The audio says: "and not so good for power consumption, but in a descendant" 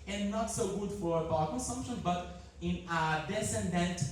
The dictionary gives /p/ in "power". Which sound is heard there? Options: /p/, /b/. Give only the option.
/b/